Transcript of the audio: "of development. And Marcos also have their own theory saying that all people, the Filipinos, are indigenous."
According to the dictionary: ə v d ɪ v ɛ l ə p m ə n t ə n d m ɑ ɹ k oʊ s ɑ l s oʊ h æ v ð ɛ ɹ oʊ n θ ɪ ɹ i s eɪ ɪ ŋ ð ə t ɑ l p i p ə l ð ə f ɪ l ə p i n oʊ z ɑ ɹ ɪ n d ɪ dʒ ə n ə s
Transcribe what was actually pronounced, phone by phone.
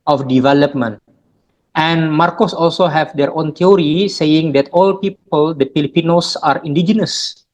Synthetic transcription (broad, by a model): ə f d ɪ v ɛ l ə p m ə n t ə n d m ɑ ɹ k oʊ s ɑ l s oʊ h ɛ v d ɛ ɹ oʊ n t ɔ ɹ i s eɪ ɪ ŋ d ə t ɑ l p i p ə l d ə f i l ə p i n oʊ s ɑ ɹ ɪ n d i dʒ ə n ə s